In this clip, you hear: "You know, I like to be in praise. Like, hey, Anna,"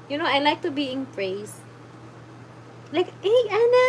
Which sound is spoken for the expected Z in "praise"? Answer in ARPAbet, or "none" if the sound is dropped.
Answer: S